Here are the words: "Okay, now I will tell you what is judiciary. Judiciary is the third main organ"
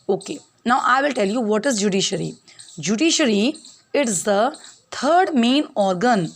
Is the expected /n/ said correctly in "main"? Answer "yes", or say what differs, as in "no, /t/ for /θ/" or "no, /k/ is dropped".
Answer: yes